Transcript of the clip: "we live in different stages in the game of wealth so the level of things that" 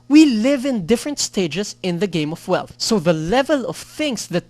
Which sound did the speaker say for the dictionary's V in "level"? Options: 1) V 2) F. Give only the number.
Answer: 1